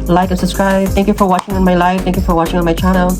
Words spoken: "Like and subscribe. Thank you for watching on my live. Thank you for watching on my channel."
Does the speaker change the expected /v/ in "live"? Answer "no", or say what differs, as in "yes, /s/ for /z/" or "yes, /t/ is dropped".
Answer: yes, /f/ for /v/